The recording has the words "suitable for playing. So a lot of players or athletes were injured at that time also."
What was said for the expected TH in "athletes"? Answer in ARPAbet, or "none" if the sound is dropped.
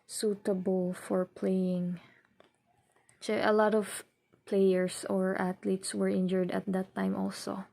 T